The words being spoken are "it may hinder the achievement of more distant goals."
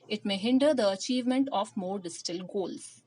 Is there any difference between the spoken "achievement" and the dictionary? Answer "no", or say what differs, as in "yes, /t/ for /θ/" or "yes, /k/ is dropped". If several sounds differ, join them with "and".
no